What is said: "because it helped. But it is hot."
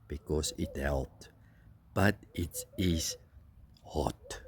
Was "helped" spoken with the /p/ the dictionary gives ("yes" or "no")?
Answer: no